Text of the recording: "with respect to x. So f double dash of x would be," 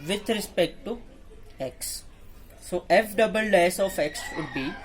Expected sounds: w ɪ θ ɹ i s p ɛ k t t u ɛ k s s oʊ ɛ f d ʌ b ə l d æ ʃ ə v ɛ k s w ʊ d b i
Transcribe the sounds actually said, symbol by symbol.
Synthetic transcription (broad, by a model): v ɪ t ɹ i s p ɛ k t t u ɛ k s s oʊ ɛ f d ʌ b ə l d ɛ s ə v ɛ k s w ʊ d b i